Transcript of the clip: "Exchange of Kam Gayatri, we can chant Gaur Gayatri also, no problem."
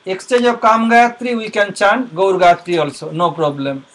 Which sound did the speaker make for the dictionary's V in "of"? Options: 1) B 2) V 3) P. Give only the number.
1